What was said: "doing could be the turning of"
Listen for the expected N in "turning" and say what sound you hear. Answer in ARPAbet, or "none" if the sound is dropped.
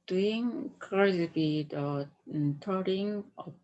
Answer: none